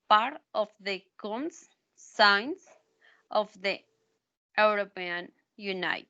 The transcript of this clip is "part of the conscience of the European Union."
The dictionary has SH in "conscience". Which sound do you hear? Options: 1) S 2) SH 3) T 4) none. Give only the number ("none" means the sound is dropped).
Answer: 1